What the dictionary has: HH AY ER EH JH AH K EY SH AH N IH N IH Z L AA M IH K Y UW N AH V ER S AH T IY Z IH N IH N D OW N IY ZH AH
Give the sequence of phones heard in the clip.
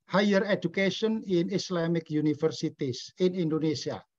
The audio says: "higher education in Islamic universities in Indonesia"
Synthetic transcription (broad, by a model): HH AY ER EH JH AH K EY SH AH N IH N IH S L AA M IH K Y UW N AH F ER S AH T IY S IH N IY N D OW N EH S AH